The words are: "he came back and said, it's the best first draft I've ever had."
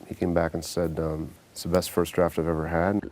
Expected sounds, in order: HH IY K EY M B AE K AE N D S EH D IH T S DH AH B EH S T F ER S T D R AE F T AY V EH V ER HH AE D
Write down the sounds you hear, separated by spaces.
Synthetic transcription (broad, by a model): HH IY K EY M B AE K N S EH D IH T S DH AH B EH S T F ER S D R AE F T AY V EH V ER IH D